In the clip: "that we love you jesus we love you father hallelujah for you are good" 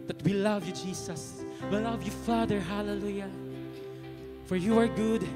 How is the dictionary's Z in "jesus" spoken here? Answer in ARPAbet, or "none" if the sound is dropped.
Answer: S